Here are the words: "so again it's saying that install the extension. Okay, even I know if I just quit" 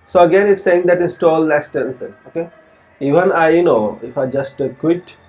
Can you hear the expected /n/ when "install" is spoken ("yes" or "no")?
yes